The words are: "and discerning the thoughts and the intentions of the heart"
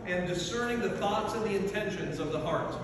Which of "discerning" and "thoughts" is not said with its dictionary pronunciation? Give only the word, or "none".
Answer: none